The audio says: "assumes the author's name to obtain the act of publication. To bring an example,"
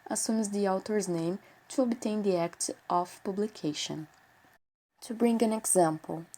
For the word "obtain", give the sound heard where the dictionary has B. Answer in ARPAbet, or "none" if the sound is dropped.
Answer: B